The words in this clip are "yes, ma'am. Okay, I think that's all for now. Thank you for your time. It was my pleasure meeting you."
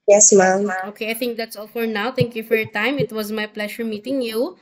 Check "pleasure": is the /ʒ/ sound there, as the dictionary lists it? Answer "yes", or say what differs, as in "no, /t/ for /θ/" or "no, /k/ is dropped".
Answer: no, /ʃ/ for /ʒ/